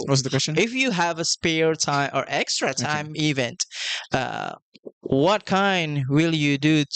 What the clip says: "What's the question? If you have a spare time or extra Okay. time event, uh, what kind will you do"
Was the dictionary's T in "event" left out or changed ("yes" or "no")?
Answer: no